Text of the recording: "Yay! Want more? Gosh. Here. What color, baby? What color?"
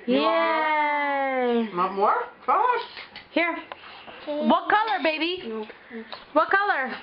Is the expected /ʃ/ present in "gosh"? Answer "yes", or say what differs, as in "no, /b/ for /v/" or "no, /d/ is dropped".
no, /s/ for /ʃ/